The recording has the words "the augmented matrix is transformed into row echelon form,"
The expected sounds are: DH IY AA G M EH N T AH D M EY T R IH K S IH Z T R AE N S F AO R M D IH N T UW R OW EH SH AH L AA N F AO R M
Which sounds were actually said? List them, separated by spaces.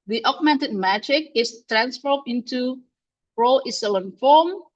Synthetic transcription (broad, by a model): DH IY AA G M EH N T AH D M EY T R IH K IH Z T R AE N S F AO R D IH N T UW R OW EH S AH L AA N F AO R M